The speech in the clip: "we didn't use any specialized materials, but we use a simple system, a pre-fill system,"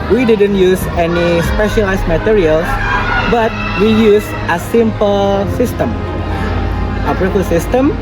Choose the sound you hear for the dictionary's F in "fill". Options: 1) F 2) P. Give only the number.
2